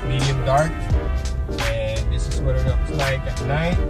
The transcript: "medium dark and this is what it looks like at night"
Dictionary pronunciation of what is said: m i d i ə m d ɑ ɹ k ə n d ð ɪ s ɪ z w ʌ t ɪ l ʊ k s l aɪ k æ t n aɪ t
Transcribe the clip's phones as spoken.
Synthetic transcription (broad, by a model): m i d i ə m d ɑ ɹ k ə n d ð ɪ s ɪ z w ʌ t ɪ n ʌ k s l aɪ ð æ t n aɪ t